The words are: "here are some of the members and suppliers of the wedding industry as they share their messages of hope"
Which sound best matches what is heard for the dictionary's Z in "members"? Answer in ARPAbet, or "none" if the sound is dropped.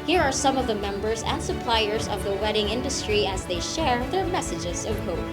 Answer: Z